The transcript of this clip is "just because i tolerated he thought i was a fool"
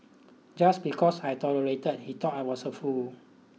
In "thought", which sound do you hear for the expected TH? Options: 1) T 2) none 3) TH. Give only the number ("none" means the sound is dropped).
1